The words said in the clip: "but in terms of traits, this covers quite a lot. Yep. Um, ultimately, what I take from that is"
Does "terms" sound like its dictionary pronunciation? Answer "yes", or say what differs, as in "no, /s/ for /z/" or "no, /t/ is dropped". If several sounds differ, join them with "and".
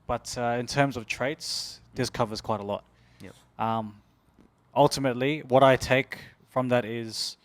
yes